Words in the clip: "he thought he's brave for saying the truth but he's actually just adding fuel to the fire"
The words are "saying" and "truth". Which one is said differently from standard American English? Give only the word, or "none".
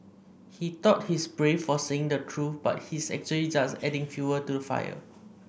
truth